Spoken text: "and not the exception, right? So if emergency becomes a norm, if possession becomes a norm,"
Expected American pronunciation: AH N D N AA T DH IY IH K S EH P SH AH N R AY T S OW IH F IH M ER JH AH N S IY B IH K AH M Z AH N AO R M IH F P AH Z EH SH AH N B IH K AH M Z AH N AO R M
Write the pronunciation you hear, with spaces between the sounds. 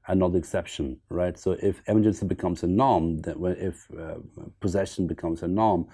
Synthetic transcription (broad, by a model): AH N N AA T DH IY IH K S EH P SH AH N R AY T S OW IH F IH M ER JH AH N S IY B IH K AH M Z AH N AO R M IH F P AH Z EH SH AH N B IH K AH M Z AH N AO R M